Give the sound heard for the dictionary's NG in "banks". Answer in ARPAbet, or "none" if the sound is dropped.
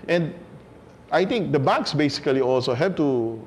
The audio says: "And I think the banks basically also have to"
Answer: none